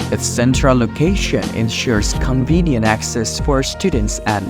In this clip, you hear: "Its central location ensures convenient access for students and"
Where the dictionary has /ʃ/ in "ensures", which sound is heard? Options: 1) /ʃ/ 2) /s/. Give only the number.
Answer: 1